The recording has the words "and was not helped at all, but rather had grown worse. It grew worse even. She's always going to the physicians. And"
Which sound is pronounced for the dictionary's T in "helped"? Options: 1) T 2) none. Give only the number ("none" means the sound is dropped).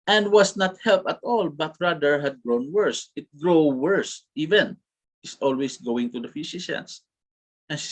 2